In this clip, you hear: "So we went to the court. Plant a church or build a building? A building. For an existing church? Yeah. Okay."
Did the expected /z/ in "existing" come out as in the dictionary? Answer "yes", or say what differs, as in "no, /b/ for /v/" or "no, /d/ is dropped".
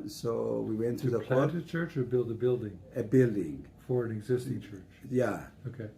yes